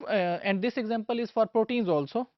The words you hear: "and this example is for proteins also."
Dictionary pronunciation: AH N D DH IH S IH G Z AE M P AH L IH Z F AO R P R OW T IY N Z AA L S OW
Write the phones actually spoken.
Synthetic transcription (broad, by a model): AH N D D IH S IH G Z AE M P AH L IH Z F AO R P R OW T IY N Z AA L S OW